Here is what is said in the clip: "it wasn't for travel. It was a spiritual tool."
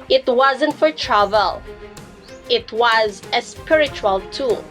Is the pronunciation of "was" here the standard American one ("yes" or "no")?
yes